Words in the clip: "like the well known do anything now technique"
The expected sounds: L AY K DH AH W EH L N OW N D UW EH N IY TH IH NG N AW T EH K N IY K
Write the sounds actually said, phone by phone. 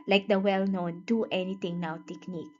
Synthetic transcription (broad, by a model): L AY K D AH W EH L N OW N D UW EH N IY T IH NG N AW T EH K N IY K